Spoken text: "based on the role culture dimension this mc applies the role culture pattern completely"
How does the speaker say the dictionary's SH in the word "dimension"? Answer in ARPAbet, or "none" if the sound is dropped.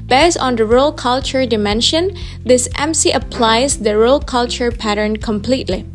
SH